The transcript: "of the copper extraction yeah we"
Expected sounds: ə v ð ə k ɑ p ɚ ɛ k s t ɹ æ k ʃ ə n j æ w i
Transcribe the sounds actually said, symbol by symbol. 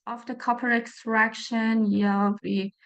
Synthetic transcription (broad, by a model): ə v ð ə k ɑ p ɚ ɛ k s t ɹ æ k ʃ ə n j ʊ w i